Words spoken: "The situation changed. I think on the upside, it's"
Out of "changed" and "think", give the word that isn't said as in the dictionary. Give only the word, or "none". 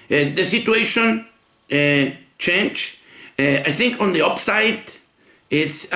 changed